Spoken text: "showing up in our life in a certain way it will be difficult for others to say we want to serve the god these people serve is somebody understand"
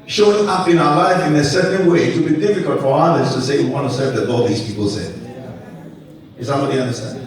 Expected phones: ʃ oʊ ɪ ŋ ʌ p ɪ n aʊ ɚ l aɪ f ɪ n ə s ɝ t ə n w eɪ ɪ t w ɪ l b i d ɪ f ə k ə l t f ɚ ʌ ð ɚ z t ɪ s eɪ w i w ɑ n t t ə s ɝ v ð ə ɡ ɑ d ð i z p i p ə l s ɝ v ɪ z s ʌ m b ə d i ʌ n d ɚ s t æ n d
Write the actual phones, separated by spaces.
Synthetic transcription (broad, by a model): ʃ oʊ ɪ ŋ ʌ p ɪ n aʊ ɚ l aɪ f ɪ n ə s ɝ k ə n w eɪ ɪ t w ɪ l b i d ɪ f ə k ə l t f ɚ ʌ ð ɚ s t ɪ s eɪ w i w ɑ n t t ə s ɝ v ð ə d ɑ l ð i z p i p l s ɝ ɪ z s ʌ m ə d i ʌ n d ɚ s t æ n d